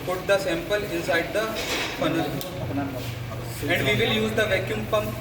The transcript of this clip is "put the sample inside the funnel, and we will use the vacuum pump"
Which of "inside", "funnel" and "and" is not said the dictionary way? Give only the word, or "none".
funnel